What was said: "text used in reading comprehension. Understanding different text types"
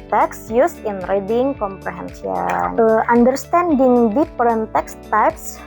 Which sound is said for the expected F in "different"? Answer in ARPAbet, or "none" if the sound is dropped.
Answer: P